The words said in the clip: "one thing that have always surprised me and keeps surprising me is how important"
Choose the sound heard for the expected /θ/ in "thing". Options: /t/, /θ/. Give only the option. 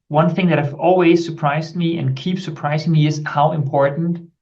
/θ/